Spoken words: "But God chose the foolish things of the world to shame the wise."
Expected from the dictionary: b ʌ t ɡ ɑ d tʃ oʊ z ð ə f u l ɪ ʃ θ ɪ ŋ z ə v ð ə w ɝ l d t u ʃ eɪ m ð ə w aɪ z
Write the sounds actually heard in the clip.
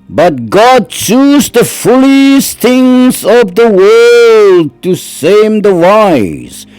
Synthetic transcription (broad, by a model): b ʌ t ɡ ɑ d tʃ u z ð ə f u l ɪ s θ ɪ ŋ z ə v ð ə w ɝ l d t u s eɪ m ð ə w aɪ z